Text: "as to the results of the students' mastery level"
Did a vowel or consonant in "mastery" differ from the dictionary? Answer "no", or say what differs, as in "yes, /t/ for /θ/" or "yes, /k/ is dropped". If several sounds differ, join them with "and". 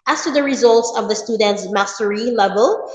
no